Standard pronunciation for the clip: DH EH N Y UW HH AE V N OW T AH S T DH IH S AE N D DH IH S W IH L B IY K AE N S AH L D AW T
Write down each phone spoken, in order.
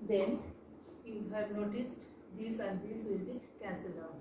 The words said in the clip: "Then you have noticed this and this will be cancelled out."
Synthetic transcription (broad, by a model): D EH N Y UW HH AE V N OW T AH S T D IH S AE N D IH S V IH L B IY K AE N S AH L AW